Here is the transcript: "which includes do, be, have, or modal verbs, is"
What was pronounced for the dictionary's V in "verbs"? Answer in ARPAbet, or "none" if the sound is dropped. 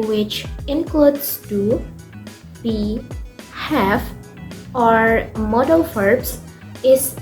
F